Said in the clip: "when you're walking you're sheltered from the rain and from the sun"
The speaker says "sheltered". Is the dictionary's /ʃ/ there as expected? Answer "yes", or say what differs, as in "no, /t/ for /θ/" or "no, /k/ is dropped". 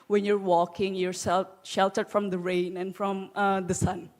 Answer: yes